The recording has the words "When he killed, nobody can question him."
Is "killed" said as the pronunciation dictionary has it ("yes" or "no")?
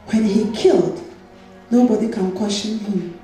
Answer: yes